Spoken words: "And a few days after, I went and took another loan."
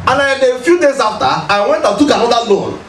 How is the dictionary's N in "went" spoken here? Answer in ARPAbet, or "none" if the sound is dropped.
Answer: N